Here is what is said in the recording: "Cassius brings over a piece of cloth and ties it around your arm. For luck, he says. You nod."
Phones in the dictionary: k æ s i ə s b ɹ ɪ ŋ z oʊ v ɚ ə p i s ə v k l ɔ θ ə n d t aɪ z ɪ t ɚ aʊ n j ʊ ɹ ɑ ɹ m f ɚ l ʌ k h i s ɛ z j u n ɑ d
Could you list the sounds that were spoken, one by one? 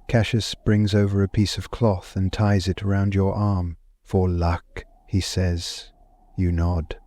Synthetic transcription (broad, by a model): k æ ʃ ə s b ɹ ɪ ŋ z oʊ v ɚ ə p i s ə v k l ɔ θ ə n t aɪ z ɪ t ɚ aʊ n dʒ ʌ ɹ ɑ ɹ m f ɚ l ʌ k h i s ɛ z j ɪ n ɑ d